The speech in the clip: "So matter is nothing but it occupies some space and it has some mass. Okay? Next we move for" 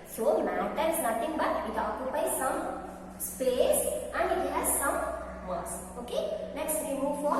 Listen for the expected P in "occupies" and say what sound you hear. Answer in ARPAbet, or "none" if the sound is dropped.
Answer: B